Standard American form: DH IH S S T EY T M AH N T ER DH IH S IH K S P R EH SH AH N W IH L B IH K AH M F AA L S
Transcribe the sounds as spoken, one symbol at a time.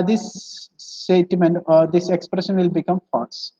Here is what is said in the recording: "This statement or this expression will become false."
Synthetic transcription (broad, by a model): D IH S S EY T M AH N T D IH S IH K S P R EH SH AH N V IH L B IH K AH M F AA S